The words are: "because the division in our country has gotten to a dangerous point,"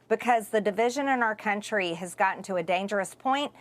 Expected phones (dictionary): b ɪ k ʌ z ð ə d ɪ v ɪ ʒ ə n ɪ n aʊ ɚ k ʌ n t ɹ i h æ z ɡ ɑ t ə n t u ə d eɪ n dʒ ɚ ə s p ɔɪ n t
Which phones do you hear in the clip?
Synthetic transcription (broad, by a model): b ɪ k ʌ z ð ə d ɪ v ɪ ʒ ə n ɪ n aʊ ɚ k ʌ n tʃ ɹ i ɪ z ɡ ɑ t n t u ə d eɪ n dʒ ɚ ə s p ɔɪ n t